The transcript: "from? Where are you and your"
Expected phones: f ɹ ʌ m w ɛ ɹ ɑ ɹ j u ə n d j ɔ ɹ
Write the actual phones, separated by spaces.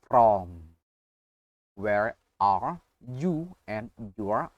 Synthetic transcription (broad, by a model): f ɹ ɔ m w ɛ ɹ ɑ ɹ j u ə n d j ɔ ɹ